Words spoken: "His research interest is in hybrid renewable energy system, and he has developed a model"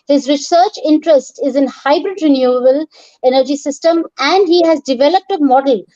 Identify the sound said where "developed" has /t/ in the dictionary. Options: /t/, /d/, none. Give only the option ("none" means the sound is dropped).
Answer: /t/